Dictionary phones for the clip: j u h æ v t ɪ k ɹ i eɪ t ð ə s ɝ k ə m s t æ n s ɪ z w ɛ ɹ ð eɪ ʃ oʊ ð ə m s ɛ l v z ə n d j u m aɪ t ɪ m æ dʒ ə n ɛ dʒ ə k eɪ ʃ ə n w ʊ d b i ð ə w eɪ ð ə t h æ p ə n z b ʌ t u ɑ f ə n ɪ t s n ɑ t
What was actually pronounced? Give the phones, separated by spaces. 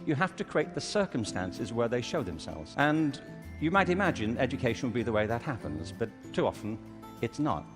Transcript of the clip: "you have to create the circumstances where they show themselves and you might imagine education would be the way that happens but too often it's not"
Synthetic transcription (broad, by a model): j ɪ h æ f t ɪ k ɹ i eɪ t ð ə s ɝ k ə m s t æ n s ɪ z w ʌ ɹ ð eɪ ʃ oʊ ð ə m s ɛ l v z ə n j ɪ m aɪ t ɪ m æ dʒ ə n ɛ dʒ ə k eɪ ʃ n w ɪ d b i ð ə w eɪ ð ə t h æ p ə n z b ʌ t u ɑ f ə n ɪ t s n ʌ t